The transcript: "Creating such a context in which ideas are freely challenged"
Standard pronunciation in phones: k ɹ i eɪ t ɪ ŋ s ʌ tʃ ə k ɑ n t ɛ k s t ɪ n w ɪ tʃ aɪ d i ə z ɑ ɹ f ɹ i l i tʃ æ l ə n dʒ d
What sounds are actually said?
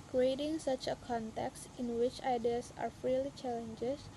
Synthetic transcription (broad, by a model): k ɹ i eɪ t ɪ ŋ s ʌ tʃ ə k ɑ n t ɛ k s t ɪ n w ɪ tʃ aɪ d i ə s ɑ ɹ f ɹ i l i tʃ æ l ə n dʒ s